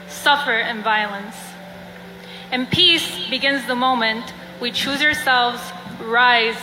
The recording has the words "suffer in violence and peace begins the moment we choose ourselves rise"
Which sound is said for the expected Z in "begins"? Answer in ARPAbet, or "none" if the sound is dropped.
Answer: Z